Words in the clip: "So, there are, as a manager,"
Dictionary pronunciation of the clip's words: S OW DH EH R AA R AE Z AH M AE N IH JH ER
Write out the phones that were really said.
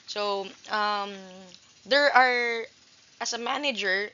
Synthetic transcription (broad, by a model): S OW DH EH R AA R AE S AH M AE N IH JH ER